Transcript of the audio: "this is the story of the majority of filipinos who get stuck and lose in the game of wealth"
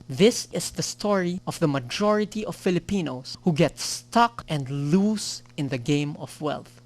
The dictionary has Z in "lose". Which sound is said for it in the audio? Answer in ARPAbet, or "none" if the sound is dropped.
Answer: S